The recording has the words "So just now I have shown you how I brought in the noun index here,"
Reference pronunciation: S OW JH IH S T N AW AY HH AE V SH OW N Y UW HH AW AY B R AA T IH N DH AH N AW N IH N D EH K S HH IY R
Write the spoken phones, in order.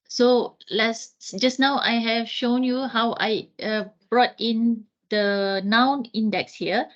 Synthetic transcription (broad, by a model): S OW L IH S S N AW AY HH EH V SH OW N Y UW HH AW AY B R AA T IH N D AH N AW N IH N D EH K S HH IY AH